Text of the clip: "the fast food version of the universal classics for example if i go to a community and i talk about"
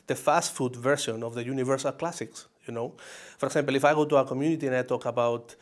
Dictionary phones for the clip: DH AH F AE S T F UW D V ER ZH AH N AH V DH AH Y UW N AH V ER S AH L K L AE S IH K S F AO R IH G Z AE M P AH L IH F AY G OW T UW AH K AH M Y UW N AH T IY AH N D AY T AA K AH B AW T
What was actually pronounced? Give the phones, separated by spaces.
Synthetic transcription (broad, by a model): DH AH F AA S T F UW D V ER S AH N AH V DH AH Y UW N AH V ER S AH L K L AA S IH K S F AO R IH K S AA M P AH L IH F AY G OW T UW AH K AH M Y UW N AH T IY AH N AY T AA K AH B AW T